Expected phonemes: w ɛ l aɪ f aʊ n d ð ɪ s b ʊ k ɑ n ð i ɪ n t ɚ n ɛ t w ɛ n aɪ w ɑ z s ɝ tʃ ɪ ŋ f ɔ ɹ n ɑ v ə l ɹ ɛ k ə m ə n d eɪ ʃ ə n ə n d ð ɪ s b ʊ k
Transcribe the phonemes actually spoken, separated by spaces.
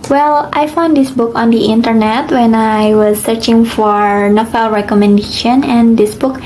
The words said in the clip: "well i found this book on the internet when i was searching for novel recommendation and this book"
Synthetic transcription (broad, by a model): w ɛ l aɪ f aʊ n d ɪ s b ʊ k ɑ n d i ɪ n t ɚ n ɛ t w ɛ n aɪ w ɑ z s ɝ tʃ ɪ ŋ f ɔ ɹ n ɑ f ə l ɹ ɛ k ə m ə n d eɪ ʃ ə n ə n d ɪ s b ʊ k